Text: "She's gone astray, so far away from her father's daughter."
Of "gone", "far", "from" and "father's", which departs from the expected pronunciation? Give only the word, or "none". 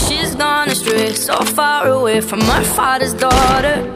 none